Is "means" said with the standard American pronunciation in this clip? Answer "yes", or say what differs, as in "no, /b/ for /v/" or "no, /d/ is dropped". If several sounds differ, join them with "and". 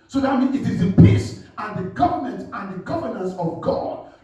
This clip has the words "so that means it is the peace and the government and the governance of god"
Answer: no, /z/ is dropped